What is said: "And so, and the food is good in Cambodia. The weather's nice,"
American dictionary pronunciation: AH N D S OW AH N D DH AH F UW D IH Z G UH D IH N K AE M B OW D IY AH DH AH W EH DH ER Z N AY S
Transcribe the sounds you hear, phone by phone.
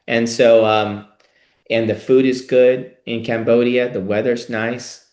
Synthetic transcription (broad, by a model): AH N S OW AH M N DH AH F UW D IH Z G UH D IH N K AE M B OW D IY AH DH AH W EH DH ER Z N AY S